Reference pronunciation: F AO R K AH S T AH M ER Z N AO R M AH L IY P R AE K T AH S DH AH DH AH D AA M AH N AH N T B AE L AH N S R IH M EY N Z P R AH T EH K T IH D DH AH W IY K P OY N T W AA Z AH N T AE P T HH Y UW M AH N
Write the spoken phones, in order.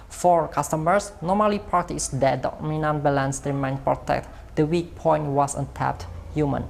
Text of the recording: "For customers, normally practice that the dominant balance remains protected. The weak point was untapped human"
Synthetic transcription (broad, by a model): F AO R K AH S T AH M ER S N AO M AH L IY P R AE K T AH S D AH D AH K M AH N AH N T B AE L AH N S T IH M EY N P R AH T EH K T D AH W IY K P OY N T W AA S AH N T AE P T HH Y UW M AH N